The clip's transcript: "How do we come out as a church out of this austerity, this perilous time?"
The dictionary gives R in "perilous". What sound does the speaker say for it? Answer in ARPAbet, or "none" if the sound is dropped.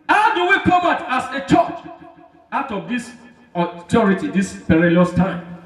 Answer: R